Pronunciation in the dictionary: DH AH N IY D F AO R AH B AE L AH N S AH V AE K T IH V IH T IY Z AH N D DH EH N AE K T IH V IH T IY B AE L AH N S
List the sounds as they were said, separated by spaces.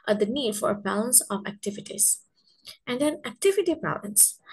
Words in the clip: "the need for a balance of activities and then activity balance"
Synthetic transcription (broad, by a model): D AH N IY D F AO R AH B AE L AH N S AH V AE K T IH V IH T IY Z AH N D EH N AE K T IH V IH T IY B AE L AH N S